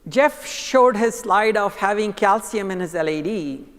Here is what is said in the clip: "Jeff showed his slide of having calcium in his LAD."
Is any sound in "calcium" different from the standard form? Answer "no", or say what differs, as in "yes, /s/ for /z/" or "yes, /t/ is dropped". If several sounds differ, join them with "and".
no